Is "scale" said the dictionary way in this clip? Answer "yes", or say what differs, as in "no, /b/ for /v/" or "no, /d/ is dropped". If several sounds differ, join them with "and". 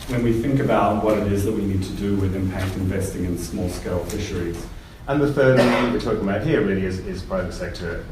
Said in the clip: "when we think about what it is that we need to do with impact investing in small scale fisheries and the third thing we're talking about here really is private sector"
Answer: yes